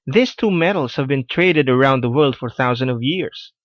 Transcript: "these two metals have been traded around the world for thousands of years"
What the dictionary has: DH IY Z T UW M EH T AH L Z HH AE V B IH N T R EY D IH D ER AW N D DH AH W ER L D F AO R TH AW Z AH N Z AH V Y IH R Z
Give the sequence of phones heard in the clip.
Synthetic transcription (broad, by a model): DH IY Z T UW M EH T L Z HH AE V B IH N T R EY D IH D ER AW N D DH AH W ER L D F AO R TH AW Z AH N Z AH V Y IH R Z